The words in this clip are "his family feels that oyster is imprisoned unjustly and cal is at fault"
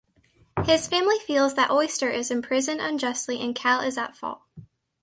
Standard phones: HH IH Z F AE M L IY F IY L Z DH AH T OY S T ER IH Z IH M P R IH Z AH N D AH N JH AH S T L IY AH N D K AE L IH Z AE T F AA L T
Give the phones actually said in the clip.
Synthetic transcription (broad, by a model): HH IH Z F AE M L IY F IY L Z DH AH T OY S T ER IH Z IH M P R IH Z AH N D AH N JH AH S T L IY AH N K AE L IH Z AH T F AA L